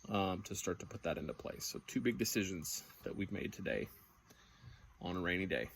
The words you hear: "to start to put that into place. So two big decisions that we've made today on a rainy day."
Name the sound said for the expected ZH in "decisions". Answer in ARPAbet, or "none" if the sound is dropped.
ZH